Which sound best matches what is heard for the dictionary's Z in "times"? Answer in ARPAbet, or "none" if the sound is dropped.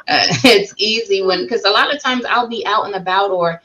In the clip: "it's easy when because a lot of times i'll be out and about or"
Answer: Z